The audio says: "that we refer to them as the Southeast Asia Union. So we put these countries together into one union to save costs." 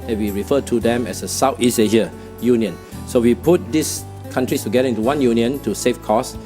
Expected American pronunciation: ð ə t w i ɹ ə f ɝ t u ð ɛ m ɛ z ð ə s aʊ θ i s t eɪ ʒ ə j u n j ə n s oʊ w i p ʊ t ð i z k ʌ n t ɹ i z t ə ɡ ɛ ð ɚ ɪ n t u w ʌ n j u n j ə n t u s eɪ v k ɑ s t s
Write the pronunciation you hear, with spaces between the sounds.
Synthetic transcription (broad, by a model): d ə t w i ɹ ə f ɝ t u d ɛ m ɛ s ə s aʊ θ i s eɪ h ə j u n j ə n s oʊ w i p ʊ t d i s k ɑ n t ɹ i s t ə ɡ ɛ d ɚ ɪ n t u w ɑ n j u n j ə n t u s eɪ f k ɑ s s